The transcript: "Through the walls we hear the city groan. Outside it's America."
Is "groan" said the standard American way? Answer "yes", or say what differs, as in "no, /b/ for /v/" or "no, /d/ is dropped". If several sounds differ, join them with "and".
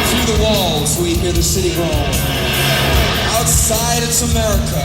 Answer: no, /l/ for /n/